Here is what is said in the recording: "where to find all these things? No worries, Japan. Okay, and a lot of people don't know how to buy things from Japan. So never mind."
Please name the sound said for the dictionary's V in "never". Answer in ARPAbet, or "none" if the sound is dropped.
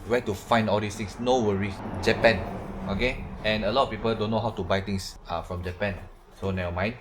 none